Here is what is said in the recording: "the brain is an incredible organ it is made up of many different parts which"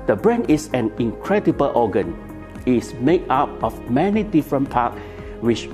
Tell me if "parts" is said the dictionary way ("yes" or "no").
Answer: no